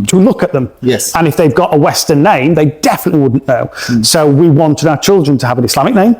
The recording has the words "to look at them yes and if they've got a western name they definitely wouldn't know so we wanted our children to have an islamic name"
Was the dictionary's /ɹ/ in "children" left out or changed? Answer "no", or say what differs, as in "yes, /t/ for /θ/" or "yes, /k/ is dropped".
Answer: no